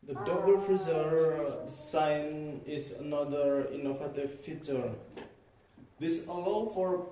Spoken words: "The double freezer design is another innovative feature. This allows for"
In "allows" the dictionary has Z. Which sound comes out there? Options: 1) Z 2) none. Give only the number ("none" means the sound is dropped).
2